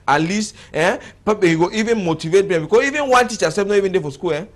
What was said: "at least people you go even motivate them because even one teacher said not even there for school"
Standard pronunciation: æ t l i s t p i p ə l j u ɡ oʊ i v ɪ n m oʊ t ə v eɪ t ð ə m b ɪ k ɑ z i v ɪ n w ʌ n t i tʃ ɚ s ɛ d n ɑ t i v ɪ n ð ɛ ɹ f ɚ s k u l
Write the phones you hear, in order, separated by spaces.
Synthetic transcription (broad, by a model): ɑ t l i s t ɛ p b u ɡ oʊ i v ɪ n m oʊ t ə v eɪ t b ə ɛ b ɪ k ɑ i v ɪ n w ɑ n t i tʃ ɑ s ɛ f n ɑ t i v ɪ n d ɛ f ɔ s k u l